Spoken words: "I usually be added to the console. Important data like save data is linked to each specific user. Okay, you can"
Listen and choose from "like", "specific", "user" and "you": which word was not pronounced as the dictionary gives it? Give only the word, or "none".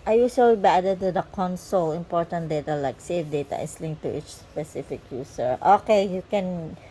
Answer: user